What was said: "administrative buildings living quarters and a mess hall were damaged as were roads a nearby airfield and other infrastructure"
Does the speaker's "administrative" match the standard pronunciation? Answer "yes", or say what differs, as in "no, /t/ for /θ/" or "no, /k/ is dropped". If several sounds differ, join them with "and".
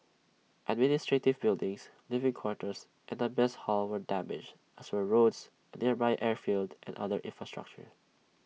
yes